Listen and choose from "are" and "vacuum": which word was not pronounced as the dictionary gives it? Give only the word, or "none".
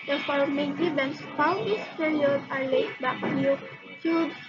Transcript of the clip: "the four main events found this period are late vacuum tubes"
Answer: vacuum